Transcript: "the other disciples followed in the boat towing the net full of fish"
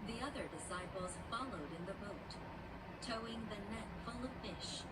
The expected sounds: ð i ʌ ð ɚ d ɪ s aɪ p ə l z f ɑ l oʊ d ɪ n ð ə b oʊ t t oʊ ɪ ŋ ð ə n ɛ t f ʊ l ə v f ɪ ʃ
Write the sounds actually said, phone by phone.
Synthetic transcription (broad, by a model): ð i ʌ ð ɚ d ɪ s aɪ p l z f ɑ l oʊ d ɪ n ð ə b oʊ t t oʊ ɪ ŋ ð ə n ɛ t f ʊ l ə v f ɪ ʃ